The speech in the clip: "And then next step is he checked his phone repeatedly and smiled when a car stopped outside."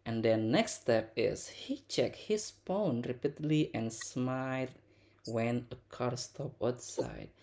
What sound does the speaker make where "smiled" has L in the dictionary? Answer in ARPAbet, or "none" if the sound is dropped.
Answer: none